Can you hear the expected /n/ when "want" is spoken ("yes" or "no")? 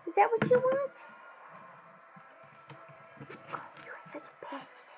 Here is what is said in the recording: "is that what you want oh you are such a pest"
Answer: yes